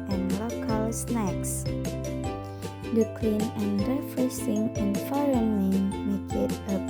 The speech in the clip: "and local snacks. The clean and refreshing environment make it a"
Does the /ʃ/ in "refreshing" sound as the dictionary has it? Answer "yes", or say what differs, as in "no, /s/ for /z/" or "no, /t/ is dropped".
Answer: no, /s/ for /ʃ/